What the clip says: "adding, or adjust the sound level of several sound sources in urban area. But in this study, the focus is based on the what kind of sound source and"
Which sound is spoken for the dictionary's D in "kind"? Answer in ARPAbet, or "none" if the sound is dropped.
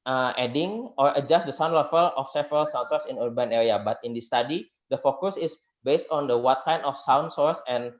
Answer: none